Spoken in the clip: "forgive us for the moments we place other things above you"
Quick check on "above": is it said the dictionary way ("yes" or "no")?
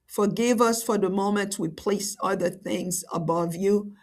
yes